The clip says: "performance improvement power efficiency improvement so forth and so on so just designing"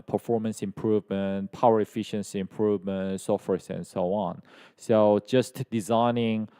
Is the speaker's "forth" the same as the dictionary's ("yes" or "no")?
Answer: no